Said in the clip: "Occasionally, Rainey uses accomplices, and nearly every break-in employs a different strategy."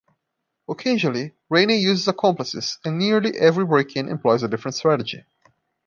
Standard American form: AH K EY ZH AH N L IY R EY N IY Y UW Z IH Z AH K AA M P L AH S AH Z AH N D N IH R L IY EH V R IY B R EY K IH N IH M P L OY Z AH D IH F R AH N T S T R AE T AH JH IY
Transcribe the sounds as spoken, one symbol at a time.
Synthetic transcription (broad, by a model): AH K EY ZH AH L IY R EY N IY Y UW Z IH Z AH K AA M P L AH S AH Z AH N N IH R L IY EH V R IY B R EY K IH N IH M P L OY Z AH D IH F R AH N T S T R AE T AH JH IY